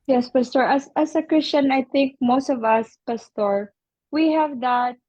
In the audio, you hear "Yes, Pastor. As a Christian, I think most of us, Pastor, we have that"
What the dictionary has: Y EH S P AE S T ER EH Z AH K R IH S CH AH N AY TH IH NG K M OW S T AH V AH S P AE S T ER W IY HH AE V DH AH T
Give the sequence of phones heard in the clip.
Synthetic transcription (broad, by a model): Y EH S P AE S T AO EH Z AH K R IH S CH AH N AY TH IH NG K M OW S T AH V AH S P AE S T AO W IY HH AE V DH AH T